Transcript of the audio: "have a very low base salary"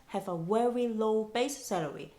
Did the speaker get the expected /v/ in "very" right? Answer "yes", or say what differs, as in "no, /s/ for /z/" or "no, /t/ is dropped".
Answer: no, /w/ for /v/